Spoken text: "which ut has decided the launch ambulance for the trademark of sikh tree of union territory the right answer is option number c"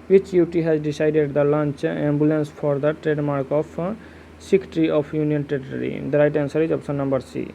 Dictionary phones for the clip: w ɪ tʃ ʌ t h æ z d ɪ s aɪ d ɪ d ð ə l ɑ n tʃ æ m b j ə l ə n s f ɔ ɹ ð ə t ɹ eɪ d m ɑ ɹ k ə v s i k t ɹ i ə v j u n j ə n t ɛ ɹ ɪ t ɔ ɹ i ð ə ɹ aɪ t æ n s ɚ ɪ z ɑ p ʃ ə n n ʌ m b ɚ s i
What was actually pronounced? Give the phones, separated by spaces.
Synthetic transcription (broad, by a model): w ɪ tʃ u t h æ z d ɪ s aɪ d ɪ d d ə l ɑ n tʃ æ m b j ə l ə n s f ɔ ɹ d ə t ɹ eɪ d m ɑ ɹ k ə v s i k t ɹ i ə f j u n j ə n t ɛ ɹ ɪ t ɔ ɹ i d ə ɹ aɪ t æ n s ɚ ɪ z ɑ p s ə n n ʌ m b ɚ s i